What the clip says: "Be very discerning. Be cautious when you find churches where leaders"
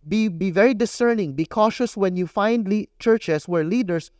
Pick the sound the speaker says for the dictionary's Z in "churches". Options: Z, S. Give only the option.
S